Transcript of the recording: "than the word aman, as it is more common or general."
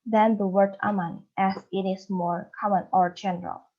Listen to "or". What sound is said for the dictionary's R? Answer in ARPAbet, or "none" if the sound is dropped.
R